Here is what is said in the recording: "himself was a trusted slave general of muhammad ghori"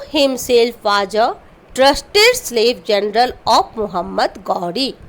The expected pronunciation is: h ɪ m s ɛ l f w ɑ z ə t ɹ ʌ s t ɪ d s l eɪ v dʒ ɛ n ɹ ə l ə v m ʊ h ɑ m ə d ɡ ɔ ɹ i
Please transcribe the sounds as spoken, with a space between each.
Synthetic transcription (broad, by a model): h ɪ m s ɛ l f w ɑ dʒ ə t ɹ ʌ s t ɪ d s l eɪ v dʒ ɛ n ɹ ə l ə p m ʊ h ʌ m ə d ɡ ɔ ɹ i